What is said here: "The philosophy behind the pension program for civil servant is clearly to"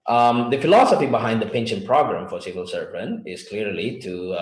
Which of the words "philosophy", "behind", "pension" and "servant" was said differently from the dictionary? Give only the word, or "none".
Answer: servant